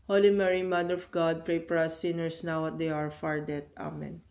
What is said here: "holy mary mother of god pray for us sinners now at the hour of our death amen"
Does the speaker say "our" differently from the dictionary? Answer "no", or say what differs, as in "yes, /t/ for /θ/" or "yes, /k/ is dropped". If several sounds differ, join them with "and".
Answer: no